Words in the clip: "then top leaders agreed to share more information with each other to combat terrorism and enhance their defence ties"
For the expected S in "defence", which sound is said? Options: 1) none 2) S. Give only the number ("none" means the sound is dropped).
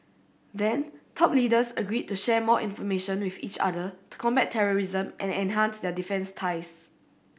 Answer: 2